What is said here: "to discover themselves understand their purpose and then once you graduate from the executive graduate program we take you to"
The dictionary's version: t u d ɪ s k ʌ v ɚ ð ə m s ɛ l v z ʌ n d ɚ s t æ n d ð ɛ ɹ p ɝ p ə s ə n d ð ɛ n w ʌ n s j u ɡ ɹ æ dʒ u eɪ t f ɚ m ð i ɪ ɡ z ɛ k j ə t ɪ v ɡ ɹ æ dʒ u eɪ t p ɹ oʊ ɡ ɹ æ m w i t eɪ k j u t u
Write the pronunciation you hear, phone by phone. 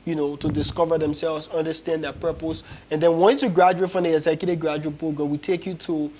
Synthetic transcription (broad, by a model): t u d ɪ s k ʌ v ɚ ð ə m s ɛ l v z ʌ n d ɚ s t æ n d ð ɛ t p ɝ p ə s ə n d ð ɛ n w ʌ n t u ɡ ɹ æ dʒ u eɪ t f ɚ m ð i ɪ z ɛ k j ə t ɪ ɡ ɹ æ dʒ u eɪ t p oʊ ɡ ɔ w i t eɪ k j u t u